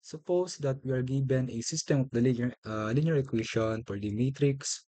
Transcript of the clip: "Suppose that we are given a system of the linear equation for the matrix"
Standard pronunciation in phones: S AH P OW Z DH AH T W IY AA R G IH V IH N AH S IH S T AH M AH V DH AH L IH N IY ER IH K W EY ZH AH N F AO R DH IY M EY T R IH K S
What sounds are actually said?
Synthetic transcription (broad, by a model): S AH P OW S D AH T W IY AA R G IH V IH N AH S IH S T AH M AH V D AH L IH L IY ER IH K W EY SH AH N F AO R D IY M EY T R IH K S